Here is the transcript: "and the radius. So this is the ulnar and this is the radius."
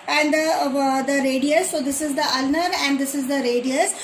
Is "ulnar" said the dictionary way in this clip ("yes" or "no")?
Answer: yes